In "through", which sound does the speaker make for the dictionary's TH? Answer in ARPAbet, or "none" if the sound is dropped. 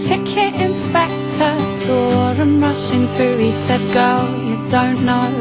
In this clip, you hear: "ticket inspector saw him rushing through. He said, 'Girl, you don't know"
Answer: TH